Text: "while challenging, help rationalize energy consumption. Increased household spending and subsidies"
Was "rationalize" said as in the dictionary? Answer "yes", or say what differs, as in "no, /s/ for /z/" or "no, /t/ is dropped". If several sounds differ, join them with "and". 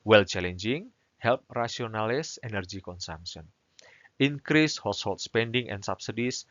no, /s/ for /z/